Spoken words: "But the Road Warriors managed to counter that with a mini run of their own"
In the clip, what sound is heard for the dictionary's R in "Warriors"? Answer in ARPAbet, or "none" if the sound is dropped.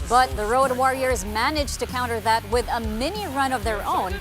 R